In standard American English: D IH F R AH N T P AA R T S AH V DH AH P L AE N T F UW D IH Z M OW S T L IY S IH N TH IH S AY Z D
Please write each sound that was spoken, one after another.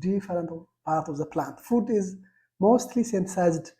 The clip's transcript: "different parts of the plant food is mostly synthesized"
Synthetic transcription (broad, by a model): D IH F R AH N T P AA R T AH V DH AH P L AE N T F UW D IH Z M OW S T L IY S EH N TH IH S AY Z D